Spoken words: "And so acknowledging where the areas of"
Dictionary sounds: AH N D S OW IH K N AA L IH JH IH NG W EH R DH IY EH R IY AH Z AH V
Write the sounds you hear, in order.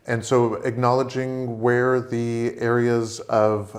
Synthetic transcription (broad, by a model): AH N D S OW IH K N AA L IH JH IH NG W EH R DH IY EH R IY AH Z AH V